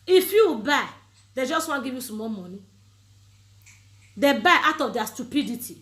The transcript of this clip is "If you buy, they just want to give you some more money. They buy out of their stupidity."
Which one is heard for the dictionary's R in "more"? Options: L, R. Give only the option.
L